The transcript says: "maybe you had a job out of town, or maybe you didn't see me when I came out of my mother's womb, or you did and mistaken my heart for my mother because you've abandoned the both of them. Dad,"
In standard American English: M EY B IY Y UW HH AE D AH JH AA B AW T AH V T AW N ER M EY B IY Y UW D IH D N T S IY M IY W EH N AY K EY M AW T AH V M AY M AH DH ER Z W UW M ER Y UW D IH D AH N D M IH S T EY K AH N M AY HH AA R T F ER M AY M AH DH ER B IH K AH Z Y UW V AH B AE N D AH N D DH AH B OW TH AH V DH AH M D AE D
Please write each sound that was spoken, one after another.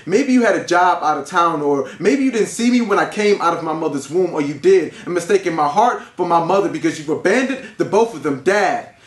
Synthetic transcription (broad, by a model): M EY B IY Y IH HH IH D AH JH AA B AW T AH V T AW N ER M EY B IY Y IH D IH D N T S IY M IY W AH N AY K EY M AW T AH V M AY M AH DH ER Z W UW M ER Y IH D IH D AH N M IH S T EY K AH N M AY HH AA R T F ER M AY M AH DH ER B IH K AH Z Y UW V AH B AE N D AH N DH AH B OW TH AH V DH AH M D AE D